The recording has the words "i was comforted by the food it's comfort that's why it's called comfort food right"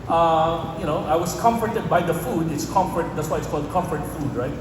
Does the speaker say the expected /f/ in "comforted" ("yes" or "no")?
yes